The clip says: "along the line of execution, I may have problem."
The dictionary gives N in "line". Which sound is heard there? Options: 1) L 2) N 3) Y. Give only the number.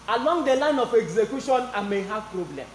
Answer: 2